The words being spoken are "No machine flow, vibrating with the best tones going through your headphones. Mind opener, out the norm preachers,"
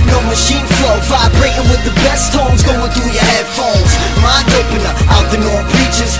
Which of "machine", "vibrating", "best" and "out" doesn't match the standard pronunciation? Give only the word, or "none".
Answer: vibrating